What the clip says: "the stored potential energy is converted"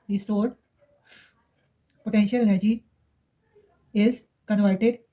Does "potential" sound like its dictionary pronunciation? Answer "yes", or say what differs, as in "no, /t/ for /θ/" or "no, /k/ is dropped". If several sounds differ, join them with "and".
yes